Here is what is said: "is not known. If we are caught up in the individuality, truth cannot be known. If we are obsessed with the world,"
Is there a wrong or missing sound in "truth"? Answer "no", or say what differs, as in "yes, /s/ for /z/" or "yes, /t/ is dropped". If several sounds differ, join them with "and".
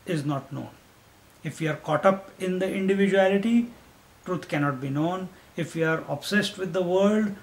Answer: yes, /t/ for /θ/